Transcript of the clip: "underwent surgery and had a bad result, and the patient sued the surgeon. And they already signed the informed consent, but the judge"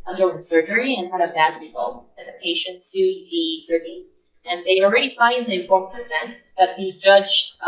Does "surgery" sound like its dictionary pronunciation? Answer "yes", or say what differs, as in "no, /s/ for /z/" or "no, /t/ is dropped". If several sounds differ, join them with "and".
yes